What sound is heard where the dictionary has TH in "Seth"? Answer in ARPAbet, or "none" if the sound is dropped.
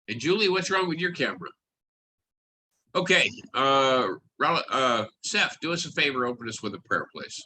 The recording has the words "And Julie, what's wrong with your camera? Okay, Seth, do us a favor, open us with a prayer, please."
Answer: F